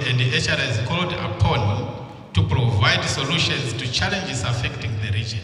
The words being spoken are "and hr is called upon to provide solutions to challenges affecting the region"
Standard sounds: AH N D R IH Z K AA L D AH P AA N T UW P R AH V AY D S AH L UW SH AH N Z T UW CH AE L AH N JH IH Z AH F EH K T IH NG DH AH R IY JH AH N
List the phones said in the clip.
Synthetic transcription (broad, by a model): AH N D R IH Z K AA L D AH P AA N T UW P R AH V AY D S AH L UW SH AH N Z T UW CH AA L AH N JH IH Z AH F EH K T IH NG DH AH R IY JH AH N